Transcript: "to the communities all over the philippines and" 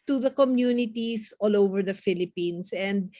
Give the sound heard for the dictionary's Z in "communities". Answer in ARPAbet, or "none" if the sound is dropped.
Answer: S